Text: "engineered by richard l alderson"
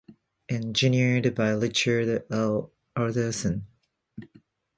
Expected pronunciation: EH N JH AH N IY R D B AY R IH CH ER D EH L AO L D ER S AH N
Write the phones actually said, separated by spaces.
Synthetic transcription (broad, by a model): EH N JH AH N IY R D B AY L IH CH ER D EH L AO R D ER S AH N